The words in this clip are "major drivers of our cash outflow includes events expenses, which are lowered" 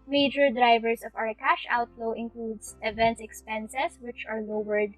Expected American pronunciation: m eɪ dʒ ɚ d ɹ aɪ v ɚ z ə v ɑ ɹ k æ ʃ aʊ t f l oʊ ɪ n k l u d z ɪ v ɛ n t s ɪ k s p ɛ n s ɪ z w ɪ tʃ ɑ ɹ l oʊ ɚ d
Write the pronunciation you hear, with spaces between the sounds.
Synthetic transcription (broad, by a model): m eɪ dʒ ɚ d ɹ aɪ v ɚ s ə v ɑ ɹ k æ ʃ aʊ t l oʊ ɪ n k l u d s ɪ v ɛ n t s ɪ k s p ɛ n s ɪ s w ɪ tʃ ɑ ɹ l oʊ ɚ d